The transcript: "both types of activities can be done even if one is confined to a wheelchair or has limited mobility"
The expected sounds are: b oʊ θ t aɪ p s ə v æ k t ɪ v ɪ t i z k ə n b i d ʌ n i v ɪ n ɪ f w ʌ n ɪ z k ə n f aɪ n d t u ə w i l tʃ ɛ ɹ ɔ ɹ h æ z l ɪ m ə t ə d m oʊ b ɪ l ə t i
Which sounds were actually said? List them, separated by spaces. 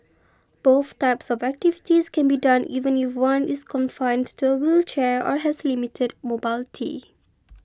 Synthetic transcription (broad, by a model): b oʊ θ t aɪ p s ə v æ k t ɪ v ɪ t i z k ə n b i d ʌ n i v ɪ n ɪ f w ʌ n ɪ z k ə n f aɪ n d t u ə w i l tʃ ɛ ɹ ɔ ɹ h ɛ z l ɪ m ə t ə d m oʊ b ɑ l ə t i